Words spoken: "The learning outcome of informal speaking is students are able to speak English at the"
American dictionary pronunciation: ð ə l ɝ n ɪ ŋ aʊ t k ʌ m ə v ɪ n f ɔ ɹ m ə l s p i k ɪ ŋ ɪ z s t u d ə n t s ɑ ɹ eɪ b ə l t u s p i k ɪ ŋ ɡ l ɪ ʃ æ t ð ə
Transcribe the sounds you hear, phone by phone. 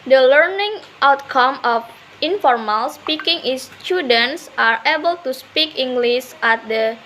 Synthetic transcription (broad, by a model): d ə l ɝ n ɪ ŋ aʊ t k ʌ m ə f ɪ n f ɔ ɹ m ə l s p i k ɪ ŋ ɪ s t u d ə n t s ɑ ɹ eɪ b ə l t u s p i k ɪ ŋ ɡ l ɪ s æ t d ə